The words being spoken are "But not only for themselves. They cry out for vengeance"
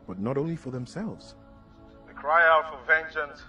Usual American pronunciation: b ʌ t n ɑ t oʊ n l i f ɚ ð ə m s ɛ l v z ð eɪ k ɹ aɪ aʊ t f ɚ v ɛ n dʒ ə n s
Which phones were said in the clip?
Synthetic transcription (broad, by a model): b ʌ t n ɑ t oʊ n l i f ɚ ð ə m s ɛ l v z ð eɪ k ɹ aɪ aʊ t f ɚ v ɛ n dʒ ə n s